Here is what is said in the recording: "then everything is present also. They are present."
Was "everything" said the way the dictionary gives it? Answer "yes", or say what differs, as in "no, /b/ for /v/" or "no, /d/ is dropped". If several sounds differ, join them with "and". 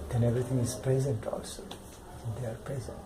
no, /t/ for /θ/